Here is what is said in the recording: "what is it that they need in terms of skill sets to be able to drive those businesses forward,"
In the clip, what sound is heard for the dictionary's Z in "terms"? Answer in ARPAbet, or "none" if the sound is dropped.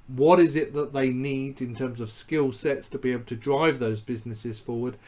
Z